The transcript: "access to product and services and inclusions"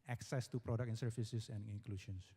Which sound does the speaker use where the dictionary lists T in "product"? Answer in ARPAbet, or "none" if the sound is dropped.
none